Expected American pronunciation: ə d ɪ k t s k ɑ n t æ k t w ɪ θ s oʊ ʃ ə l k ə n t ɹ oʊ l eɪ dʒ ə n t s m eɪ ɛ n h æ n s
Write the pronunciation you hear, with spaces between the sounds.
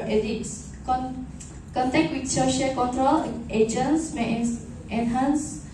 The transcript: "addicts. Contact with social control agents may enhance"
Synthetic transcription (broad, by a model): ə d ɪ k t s k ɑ n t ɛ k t w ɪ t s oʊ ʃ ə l k ə n t ɹ oʊ l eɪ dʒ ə n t s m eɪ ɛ n h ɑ n s